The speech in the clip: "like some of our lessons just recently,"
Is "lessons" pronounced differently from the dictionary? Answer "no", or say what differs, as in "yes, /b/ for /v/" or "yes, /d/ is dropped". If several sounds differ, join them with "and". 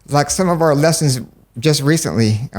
no